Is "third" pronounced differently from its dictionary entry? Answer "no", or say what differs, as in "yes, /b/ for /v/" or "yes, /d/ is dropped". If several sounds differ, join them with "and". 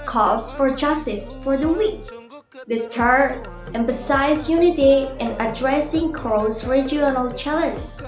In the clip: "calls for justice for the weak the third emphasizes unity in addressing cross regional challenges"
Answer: yes, /t/ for /θ/ and /d/ is dropped